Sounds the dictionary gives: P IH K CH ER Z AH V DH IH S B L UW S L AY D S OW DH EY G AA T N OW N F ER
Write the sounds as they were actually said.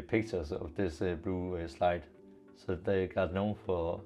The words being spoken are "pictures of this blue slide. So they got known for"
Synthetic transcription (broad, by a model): P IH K CH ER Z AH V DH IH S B UW S L AY D S OW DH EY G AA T N OW N F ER